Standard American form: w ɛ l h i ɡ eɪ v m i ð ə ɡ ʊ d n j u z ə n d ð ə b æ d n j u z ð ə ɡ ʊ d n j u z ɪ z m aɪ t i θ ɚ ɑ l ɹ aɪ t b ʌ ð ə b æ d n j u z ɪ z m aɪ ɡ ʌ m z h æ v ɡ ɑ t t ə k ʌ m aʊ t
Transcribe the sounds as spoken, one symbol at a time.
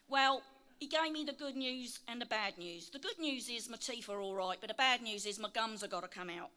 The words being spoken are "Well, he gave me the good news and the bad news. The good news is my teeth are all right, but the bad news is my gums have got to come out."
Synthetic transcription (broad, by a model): w ɛ l h i ɡ eɪ v m i ð ə ɡ ʊ d n j u z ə n ð ə b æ d n j u z ð ə ɡ ʊ d n j u z ɪ z m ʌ t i f ɚ ɑ l ɹ aɪ t b ʌ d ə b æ d n j u z ɪ z m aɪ ɡ ʌ m z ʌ ɡ ɑ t t ə k ʌ m aʊ t